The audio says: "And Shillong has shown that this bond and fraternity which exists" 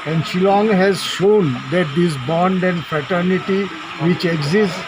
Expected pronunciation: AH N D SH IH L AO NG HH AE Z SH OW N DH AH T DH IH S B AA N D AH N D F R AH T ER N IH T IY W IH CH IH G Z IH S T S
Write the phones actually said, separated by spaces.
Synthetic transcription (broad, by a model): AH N D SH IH L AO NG HH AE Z SH OW N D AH T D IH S B AA N D AH N D F R AH T ER N IH T IY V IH CH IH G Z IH S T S